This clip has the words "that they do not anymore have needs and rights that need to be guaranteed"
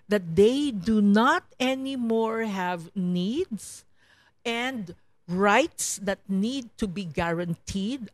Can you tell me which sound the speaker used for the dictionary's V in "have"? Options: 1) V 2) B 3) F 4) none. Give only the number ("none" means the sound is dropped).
1